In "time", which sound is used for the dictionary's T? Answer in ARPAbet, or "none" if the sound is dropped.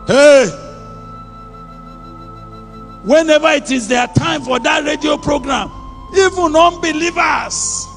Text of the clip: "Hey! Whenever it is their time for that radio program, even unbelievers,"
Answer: T